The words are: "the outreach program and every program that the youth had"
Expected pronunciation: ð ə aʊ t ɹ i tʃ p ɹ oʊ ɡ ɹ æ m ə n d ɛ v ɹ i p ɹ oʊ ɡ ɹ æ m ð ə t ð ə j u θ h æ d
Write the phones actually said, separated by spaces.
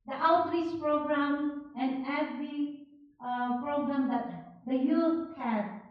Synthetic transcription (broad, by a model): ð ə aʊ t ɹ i s p ɹ oʊ ɡ ɹ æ m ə n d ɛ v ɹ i p ɹ oʊ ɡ ɹ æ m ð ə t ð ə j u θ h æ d